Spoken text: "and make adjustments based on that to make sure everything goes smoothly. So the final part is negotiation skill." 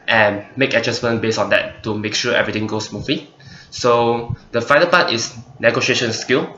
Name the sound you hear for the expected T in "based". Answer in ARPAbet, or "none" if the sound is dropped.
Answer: none